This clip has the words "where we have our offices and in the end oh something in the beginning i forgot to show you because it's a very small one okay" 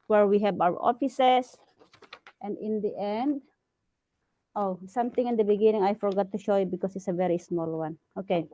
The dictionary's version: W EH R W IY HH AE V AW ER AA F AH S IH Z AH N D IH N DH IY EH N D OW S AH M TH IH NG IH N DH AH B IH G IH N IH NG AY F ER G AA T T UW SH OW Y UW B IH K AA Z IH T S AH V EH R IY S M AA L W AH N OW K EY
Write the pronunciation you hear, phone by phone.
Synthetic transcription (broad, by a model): W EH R W IY HH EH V AW ER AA F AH S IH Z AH N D IH N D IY EH N D OW S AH M T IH NG IH N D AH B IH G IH N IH NG AY F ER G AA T T UW SH OW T B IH K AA S IH T S AH V EH R IY S M AA L W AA N OW K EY